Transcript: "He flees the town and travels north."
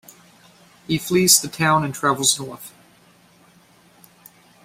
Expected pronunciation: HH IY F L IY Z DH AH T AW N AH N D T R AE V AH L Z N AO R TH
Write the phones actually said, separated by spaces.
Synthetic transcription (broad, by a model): HH IY F L IY Z DH AH T AW N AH N T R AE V L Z N AO R TH